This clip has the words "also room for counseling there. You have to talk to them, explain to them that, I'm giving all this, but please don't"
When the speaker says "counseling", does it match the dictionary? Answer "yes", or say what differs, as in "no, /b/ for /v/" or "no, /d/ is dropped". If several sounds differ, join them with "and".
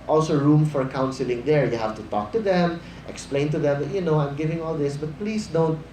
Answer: yes